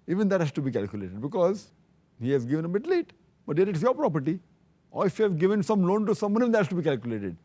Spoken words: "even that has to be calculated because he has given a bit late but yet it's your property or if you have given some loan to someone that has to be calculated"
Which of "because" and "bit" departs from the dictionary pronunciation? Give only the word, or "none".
none